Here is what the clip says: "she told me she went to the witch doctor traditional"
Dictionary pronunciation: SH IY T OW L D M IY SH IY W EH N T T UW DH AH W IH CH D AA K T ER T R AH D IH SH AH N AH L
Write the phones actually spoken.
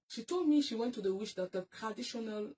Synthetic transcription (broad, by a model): SH IY T OW L D M IY SH IY W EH N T T UW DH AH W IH SH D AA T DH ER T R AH D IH SH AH N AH L